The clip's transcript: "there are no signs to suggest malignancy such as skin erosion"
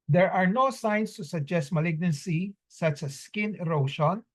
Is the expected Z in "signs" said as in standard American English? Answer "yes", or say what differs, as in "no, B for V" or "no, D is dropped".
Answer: no, S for Z